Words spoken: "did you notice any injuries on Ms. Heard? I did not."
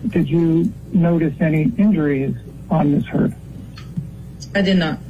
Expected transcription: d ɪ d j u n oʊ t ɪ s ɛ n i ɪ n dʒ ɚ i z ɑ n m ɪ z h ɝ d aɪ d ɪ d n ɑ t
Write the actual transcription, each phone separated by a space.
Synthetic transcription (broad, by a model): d ɪ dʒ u n oʊ t ɪ s ɛ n i ɪ n dʒ ɚ i z n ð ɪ s h ɝ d aɪ d ɪ d n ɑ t